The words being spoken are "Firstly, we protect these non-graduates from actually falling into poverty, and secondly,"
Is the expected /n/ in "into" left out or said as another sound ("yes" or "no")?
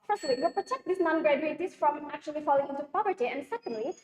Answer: yes